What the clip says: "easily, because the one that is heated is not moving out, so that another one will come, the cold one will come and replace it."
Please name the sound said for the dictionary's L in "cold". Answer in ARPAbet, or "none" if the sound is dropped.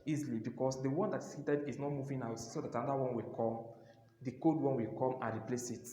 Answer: none